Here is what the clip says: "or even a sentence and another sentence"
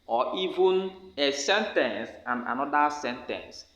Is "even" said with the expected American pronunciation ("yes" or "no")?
yes